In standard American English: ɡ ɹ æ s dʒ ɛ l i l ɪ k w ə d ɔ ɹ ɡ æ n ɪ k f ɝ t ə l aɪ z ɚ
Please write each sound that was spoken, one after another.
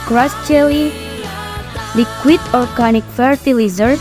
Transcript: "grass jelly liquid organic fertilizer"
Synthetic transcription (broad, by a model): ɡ ɹ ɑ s tʃ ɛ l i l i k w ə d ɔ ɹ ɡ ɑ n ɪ k f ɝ t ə l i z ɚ